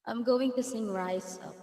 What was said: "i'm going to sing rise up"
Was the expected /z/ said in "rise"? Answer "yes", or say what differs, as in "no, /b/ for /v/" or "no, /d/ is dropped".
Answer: no, /s/ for /z/